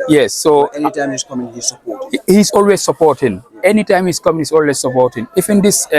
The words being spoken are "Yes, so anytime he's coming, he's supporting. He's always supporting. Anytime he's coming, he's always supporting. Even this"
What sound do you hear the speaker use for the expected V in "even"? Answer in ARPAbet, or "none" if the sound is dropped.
F